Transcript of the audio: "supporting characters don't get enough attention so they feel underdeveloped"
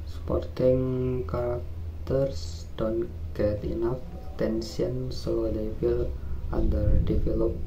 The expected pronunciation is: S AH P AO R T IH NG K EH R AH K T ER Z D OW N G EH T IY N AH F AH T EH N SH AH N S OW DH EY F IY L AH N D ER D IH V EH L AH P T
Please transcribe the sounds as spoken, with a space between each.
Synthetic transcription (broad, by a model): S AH P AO R T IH NG K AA R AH K T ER S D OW N G EH T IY N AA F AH T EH N S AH N S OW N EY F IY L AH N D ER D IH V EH L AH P